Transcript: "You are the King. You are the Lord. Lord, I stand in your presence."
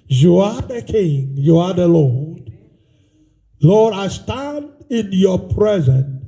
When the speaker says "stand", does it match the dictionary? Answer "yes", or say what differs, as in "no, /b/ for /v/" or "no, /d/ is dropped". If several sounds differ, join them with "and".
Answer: yes